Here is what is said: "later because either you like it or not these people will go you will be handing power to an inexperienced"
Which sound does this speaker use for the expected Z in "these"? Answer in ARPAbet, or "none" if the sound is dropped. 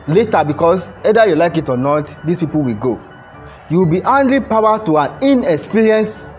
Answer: S